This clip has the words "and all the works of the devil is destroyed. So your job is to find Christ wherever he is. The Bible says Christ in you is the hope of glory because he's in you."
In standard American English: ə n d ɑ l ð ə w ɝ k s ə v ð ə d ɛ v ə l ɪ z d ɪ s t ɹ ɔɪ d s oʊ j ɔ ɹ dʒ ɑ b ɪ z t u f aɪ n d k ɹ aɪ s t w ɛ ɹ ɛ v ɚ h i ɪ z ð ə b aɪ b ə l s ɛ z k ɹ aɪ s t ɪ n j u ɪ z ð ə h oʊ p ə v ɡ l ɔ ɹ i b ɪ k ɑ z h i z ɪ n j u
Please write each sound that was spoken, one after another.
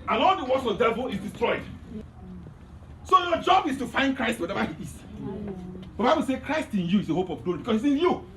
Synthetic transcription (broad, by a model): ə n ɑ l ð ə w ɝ s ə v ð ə d ɛ v ə l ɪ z d ɪ s t ɹ ɔɪ d s oʊ j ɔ dʒ ɑ b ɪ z t u f aɪ n d k ɹ aɪ s t w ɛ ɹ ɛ v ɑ h i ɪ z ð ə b aɪ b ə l s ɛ k ɹ aɪ s t ɪ n j u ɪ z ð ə h oʊ p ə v ɡ l ɔ ɹ i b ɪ k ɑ s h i s ɪ n j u